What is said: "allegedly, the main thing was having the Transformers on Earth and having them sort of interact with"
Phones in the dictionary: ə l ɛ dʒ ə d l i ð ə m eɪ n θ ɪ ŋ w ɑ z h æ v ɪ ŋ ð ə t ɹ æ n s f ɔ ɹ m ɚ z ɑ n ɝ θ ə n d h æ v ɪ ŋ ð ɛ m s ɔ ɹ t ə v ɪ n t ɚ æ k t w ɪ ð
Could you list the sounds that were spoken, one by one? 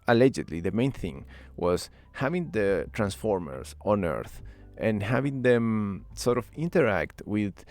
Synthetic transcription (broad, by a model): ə l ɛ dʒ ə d l i ð ə m eɪ n θ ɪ ŋ w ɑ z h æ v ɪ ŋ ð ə t ɹ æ n s f ɔ ɹ m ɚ s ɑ n ɝ θ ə n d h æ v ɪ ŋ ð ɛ m s ɔ ɹ t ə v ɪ n t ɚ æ k t w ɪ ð